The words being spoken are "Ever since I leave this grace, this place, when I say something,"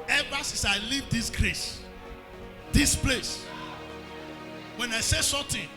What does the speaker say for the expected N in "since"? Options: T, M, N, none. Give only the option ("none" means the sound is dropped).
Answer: none